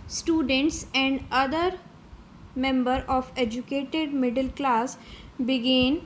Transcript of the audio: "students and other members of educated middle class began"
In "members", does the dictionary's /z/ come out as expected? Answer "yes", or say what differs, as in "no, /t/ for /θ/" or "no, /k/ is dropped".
no, /z/ is dropped